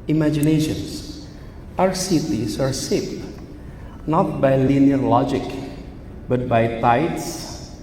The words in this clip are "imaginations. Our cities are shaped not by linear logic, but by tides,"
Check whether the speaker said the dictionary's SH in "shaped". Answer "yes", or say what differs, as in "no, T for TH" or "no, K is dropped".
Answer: no, S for SH